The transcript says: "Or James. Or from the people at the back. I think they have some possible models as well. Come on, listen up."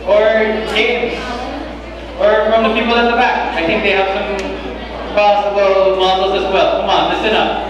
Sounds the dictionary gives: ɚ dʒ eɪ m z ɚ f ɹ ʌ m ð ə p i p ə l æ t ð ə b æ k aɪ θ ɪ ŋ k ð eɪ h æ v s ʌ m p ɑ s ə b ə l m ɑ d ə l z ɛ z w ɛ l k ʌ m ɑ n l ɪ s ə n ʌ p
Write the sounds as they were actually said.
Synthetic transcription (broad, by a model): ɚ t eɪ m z ɚ f ɹ ʌ m ð ə p i p l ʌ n ð ə b æ k aɪ θ ɪ ŋ k ð eɪ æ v s ʌ m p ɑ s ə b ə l m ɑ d l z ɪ z w ɛ l k ʌ m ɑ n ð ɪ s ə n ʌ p